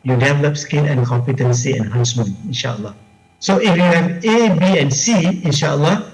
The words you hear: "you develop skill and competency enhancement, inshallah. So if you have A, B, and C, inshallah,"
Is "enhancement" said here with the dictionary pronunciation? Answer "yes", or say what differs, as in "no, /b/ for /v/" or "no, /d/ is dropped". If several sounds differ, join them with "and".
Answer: no, /t/ is dropped